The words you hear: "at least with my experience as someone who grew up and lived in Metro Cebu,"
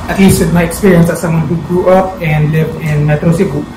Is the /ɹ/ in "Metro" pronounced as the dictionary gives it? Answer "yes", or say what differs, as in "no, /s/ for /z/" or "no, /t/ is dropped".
yes